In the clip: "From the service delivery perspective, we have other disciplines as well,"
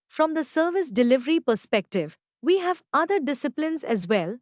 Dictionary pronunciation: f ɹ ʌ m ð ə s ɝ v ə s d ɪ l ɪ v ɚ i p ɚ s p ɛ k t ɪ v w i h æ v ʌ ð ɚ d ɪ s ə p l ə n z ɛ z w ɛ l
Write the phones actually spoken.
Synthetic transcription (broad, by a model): f ɹ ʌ m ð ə s ɝ v ə s d ɪ l ɪ v ɚ i p ɚ s p ɛ k t ɪ v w i h æ v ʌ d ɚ d ɪ s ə p l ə n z ɛ z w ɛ l